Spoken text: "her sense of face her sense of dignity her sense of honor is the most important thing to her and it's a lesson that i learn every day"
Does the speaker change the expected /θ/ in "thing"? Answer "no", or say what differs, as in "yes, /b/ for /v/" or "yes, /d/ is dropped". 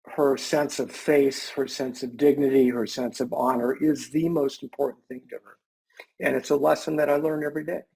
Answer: no